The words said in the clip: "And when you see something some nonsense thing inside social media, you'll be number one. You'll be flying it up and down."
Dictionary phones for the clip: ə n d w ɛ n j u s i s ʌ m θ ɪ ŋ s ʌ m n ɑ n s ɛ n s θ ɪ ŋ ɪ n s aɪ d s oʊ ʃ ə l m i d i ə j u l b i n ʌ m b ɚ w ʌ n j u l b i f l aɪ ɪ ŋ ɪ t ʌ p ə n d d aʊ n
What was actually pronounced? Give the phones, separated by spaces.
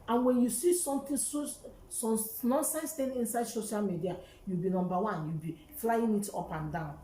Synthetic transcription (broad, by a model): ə n w ɛ n j u s i s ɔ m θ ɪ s s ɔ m n ɑ n s ɛ n s t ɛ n ɪ n s aɪ d s oʊ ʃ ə l m i d i ə j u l b i n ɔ m b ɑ w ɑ n j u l b i f l aɪ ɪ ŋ ɪ t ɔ p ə n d d aʊ n